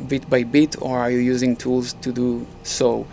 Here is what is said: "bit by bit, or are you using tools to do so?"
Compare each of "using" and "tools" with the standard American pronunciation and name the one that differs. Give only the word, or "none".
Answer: none